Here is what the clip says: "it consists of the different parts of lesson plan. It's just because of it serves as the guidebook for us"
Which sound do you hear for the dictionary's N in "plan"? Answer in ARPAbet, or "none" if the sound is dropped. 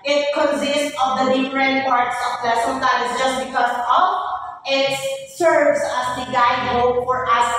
none